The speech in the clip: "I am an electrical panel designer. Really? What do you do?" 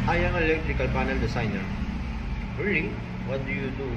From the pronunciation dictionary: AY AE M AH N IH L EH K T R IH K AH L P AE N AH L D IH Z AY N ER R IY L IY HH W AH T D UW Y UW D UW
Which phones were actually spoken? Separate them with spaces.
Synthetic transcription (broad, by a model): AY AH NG IH L EH K T R IH K AH L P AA N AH L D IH S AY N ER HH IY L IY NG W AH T D UW Y UW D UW